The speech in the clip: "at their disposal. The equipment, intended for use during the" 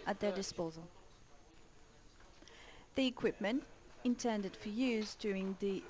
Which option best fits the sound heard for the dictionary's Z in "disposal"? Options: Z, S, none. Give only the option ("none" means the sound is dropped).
Z